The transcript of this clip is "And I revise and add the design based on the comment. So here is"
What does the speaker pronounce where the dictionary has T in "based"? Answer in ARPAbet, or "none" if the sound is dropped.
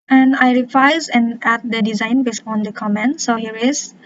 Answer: none